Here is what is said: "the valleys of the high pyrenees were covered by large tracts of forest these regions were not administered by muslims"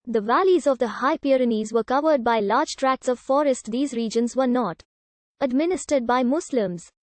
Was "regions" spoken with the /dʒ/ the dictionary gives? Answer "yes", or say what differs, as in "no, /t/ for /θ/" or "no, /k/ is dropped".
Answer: yes